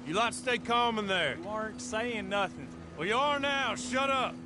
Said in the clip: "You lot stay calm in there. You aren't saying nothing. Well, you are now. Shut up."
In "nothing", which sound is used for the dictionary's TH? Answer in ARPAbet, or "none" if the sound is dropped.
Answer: TH